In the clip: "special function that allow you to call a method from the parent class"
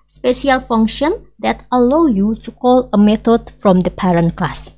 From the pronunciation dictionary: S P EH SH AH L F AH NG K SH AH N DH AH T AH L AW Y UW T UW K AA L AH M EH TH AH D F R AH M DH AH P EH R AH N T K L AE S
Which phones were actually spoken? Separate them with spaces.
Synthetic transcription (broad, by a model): S P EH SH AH L F AH NG K SH AH N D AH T AH L AW Y UW T UW K AA L AH M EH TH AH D F R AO M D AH P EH R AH N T K L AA S